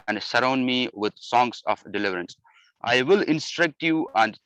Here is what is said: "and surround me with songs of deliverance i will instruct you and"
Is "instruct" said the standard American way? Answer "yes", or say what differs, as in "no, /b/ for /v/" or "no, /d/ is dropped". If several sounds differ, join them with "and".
yes